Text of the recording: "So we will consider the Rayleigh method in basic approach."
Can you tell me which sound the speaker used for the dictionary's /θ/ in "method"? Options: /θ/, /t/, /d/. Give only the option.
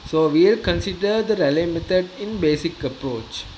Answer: /t/